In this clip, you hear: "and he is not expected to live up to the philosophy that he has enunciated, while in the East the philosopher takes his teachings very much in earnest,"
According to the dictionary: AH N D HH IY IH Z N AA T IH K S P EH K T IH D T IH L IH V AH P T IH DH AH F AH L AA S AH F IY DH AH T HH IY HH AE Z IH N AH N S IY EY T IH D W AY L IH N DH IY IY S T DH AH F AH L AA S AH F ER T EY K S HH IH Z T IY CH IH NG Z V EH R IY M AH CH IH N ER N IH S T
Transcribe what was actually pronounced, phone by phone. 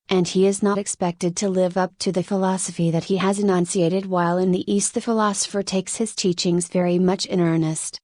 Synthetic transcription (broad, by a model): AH N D IY IH Z N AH T IH K S P EH K T IH D T IH L IH V AH P T IH DH AH F AH L AA S AH F IY DH AH T HH IY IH Z IH N AH N S IY EY T IH D W AY L IH N DH IY IY S T DH AH F AH L AA S AH F ER T EY K S HH IH Z T IY CH IH NG Z V EH R IY M AH CH IH N ER N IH S T